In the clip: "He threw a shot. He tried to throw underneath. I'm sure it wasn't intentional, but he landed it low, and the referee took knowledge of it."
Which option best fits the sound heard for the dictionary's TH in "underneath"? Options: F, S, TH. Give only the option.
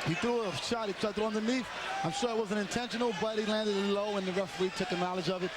F